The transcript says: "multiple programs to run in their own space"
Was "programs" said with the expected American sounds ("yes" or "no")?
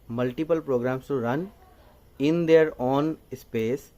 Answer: no